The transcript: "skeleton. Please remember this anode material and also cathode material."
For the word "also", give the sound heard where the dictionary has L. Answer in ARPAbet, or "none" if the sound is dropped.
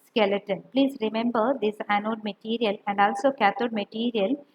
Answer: L